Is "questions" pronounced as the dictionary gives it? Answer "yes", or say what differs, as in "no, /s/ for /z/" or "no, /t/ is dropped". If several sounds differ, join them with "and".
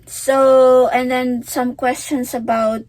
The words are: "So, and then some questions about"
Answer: no, /s/ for /z/